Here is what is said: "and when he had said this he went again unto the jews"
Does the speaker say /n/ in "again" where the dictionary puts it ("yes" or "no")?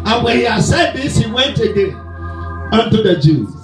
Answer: no